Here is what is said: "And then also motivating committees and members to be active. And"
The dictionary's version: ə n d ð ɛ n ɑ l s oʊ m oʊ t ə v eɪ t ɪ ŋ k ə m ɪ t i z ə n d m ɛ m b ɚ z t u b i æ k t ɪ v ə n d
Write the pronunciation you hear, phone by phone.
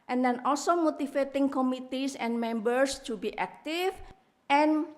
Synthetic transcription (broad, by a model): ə n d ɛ n ɑ l s oʊ m oʊ t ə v eɪ t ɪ ŋ k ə m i t i s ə n m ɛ m b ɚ s t u b i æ k t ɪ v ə n